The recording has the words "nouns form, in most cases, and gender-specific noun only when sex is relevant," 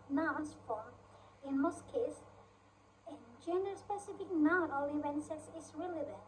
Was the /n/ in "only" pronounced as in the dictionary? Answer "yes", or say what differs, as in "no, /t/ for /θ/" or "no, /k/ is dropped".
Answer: no, /n/ is dropped